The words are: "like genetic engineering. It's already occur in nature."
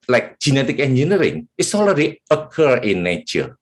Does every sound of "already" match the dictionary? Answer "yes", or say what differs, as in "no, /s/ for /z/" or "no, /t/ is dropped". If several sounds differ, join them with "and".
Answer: no, /l/ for /ɹ/